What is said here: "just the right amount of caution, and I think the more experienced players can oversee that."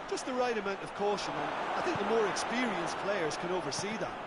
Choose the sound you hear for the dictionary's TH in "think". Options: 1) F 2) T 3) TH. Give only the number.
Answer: 3